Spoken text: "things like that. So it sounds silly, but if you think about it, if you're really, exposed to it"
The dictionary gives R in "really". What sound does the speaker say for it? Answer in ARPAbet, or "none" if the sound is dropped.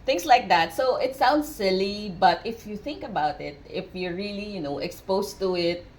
L